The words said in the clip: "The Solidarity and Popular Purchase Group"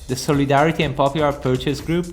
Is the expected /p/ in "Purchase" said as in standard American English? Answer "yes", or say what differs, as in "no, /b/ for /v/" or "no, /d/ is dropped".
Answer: yes